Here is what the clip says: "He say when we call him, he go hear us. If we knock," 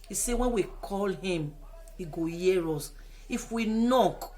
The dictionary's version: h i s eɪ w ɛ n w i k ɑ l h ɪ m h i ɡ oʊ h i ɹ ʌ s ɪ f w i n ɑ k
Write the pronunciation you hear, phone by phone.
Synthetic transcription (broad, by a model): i s eɪ w ɛ n w i k ɑ l h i m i ɡ oʊ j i ɹ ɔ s ɪ f w i n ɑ k